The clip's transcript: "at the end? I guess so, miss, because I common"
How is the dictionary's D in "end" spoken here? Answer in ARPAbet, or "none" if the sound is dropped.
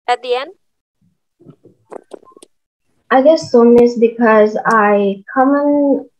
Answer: none